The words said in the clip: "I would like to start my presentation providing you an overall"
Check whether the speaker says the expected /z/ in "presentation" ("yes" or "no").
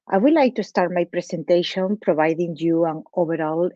no